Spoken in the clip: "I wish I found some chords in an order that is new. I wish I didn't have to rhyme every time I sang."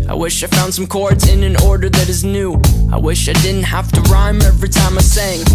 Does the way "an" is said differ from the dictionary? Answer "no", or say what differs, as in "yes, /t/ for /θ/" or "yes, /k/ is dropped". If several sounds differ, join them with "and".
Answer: no